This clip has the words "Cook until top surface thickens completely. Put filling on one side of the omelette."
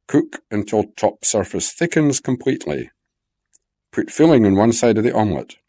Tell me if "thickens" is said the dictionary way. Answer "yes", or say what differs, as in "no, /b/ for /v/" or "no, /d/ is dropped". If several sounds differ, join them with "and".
yes